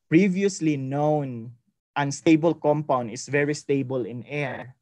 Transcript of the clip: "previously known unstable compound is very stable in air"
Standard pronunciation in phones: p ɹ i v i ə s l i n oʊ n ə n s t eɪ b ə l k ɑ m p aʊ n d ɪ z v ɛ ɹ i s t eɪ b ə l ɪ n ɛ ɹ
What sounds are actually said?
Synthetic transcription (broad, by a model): p ɹ i v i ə s l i n oʊ n ə n s t eɪ b ə l k ɑ m p aʊ n d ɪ s v ɛ ɹ i s t eɪ b ə l ɪ n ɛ ɹ